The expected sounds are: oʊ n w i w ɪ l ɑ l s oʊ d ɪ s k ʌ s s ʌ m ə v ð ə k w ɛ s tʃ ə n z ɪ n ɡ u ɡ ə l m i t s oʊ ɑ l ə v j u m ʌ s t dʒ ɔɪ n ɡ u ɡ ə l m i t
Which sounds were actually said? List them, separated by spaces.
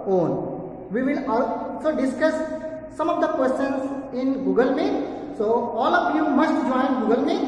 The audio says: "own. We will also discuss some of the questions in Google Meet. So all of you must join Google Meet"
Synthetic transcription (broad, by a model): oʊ n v i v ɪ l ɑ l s oʊ d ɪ s k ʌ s s ʌ m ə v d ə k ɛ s ə n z ɪ n ɡ u ɡ ə l m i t s oʊ ɑ l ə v j u m ʌ s t dʒ ɔɪ n ɡ u ɡ ə l m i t